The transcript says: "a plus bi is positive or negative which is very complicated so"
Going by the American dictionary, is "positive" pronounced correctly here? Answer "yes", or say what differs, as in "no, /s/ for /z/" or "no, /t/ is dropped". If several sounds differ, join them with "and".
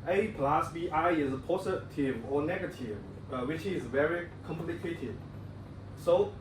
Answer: no, /s/ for /z/